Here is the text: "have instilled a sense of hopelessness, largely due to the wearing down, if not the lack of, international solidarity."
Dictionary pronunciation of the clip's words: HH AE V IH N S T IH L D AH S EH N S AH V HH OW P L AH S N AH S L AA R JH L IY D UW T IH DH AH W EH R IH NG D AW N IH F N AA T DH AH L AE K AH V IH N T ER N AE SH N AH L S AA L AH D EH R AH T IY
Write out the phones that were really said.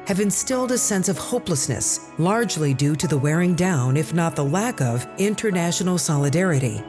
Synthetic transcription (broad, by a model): HH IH V IH N S T IH L D AH S EH N S AH V HH OW P L AH S N AH S L AA R JH L IY D UW T IH DH AH W EH R IH NG D AW N IH F N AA T DH AH L AE K AH V IH N T ER N AE SH N L S AA L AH D EH R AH T IY